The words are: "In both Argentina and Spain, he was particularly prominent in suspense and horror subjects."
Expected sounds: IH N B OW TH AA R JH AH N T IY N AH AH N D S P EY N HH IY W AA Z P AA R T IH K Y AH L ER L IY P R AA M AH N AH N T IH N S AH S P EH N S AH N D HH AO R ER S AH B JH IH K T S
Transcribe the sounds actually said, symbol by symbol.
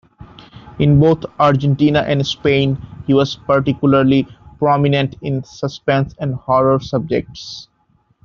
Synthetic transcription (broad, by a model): IH N B OW T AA R JH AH N T IY N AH AH N D S P EY N HH IY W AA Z P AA R T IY K Y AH L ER L IY P R AA M AH N AH N T IH N S AH S P EH N S AH N D HH AO R ER S AH B JH IH K T S